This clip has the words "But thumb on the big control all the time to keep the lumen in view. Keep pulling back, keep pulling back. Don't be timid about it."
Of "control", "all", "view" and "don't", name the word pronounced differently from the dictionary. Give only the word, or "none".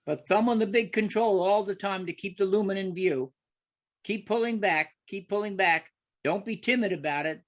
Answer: none